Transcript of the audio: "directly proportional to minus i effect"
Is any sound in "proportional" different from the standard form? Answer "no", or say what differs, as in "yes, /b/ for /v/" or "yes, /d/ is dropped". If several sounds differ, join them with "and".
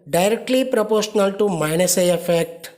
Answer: no